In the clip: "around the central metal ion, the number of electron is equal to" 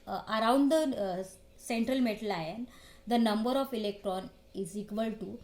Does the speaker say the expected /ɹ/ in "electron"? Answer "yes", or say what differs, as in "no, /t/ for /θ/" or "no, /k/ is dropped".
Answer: yes